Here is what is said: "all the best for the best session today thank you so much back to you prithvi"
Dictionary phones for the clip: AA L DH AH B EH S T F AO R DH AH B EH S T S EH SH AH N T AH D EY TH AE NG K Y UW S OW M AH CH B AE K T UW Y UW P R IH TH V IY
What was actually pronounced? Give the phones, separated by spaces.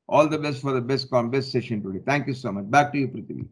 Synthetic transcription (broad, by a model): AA L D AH B EH S T F AO R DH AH B EH S T S EH SH AH N T AH D EY T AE NG K Y UW S OW M AH CH B AE K T UW Y UW P R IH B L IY